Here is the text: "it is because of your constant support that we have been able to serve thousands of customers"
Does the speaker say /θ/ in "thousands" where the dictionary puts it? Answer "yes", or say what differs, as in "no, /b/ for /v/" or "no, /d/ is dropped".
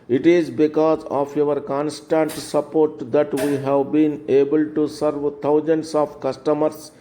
no, /t/ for /θ/